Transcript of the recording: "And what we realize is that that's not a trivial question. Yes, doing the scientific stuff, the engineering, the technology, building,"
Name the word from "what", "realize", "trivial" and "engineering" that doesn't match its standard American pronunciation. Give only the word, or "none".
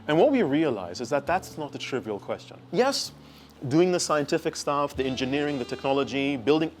none